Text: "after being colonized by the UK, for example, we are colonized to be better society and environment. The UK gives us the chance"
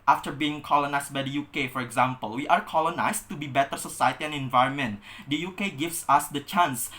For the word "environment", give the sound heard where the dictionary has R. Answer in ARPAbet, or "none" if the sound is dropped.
R